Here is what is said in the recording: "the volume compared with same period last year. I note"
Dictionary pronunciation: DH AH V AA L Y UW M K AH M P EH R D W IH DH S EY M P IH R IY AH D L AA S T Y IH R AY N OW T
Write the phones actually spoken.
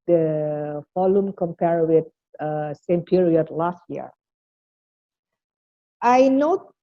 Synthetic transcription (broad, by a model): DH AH F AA L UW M K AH M P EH R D W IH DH S EY M P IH R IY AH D L AA S T Y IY R AY N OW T